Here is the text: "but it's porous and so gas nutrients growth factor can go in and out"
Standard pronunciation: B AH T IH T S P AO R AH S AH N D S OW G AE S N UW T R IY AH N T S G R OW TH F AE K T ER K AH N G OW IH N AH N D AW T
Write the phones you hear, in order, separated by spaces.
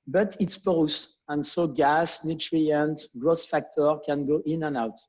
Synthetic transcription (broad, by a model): B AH T IH T S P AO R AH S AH N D S OW G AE S N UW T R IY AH N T G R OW S F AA K T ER K AH N G OW IH N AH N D AW T